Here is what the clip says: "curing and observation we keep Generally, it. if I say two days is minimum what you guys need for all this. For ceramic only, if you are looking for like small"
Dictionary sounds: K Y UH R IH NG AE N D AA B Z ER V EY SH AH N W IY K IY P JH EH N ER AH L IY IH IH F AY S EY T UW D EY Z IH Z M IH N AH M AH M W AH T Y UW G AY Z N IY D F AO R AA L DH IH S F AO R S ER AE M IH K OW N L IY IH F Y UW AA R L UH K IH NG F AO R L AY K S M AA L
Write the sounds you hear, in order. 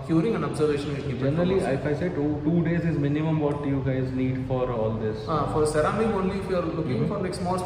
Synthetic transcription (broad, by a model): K Y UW R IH NG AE N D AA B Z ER V EY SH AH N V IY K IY JH EH N ER AH L IY IH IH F AY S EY T UW D EY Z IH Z M IH N AH M AH M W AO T Y UW G AY Z N IY D F AO R AA L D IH S F AO R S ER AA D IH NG OW N L IY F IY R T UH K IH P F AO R N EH K S M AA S